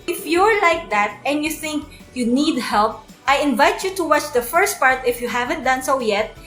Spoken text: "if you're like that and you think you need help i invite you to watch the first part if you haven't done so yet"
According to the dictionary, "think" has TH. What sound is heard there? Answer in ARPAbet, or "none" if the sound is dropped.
TH